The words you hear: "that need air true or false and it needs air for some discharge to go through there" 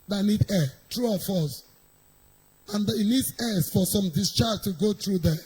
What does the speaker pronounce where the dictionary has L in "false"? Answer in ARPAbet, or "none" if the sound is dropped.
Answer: none